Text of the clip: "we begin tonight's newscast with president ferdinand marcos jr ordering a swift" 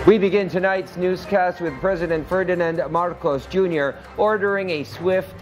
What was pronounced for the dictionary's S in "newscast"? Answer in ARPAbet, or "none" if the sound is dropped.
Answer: S